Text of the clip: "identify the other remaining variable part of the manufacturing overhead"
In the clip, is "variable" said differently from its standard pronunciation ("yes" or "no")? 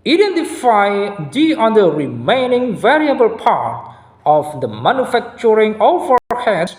no